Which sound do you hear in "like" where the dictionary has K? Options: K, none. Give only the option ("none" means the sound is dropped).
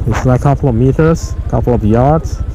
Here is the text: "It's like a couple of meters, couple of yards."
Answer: none